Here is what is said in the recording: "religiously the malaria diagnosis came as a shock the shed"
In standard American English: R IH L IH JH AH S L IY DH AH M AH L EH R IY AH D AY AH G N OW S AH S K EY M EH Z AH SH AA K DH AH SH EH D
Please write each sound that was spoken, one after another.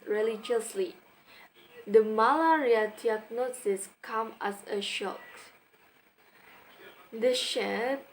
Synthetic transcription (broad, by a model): R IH L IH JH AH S L IY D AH M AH L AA R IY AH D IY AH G N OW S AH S K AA M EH S AH SH AA K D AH SH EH